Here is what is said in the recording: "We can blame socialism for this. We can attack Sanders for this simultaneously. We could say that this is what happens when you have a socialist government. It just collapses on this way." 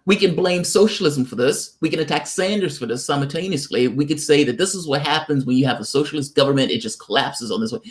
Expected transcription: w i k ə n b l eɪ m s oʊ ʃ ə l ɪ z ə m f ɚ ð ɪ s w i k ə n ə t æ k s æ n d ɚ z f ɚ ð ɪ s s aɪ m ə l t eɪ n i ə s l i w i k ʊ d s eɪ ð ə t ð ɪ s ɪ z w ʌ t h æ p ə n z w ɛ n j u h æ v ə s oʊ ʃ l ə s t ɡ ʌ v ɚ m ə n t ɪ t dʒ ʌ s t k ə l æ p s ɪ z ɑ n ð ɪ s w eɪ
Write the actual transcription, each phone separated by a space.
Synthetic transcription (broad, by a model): w i k ə n b l eɪ m s oʊ ʃ l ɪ z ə m f ɚ ð ɪ s w i k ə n ə t æ k s æ n d ɚ z f ɚ ð ɪ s s aɪ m l t eɪ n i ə s l i w i k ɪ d s eɪ ð ə t ð ɪ s ɪ z w ʌ t h æ p ə n z w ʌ n j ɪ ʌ v ə s oʊ ʃ l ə s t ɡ ʌ v ɚ m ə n t ɪ t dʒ ʌ s k ə l æ p s ɪ z n ð ɪ s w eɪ